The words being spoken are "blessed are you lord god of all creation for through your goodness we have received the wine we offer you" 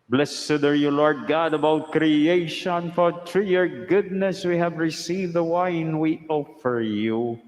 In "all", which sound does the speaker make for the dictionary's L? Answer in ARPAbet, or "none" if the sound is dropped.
W